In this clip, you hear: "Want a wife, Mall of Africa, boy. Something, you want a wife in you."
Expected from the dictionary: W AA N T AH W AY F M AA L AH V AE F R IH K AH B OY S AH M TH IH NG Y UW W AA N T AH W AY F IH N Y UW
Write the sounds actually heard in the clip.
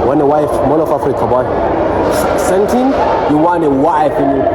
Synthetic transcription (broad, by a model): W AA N AH W AY F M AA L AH F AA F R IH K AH B OY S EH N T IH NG Y UW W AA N AH W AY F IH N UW